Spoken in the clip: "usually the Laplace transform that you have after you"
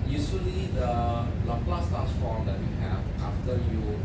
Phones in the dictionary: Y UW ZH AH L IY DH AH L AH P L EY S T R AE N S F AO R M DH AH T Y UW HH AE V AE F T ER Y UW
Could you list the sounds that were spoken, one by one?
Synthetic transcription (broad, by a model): Y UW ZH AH L IY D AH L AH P L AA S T AE S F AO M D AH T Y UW HH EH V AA F T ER Y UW